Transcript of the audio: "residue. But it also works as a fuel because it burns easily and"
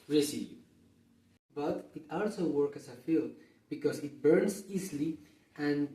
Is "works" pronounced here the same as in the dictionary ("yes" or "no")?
no